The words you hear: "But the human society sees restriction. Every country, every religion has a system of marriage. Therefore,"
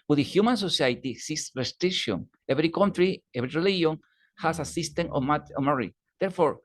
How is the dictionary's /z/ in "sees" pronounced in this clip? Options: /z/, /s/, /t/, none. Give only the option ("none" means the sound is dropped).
/s/